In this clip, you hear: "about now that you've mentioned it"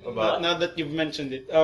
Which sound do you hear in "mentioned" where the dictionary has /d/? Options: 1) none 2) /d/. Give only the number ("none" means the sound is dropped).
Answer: 2